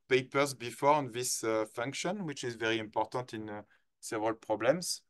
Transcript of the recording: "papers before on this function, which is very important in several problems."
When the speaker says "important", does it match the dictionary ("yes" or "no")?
yes